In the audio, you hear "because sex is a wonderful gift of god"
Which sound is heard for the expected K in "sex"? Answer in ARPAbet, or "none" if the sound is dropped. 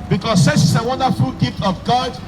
none